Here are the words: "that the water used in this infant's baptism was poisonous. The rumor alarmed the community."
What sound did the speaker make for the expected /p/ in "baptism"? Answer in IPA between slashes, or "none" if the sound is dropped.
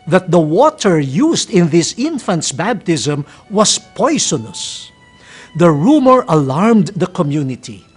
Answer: /b/